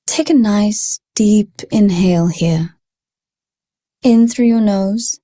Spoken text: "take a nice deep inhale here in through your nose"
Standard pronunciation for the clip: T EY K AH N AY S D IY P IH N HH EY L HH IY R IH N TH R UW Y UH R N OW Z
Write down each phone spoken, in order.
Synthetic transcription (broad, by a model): T EY K AH N AY S D IY P IH N HH EY L HH IY R IH N TH R UW Y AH R N OW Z